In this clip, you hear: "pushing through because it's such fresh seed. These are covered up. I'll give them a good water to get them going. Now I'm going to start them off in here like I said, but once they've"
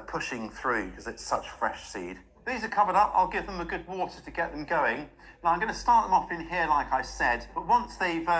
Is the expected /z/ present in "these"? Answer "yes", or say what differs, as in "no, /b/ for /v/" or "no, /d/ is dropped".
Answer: yes